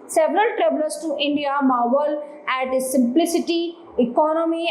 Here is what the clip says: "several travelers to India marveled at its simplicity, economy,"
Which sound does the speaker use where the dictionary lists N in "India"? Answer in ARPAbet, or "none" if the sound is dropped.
N